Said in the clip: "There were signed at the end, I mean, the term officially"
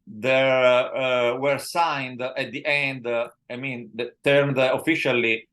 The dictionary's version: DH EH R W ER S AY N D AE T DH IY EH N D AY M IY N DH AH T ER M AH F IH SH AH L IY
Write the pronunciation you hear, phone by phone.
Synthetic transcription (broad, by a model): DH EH R W ER S AY N D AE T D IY EH N D AY M IY N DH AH T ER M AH F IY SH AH L IY